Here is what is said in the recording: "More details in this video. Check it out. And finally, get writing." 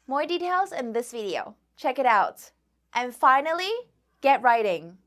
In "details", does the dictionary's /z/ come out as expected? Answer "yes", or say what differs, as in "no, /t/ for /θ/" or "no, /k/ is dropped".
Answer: yes